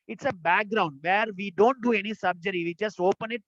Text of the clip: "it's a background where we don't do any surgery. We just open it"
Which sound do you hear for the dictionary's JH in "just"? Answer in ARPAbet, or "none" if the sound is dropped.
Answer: CH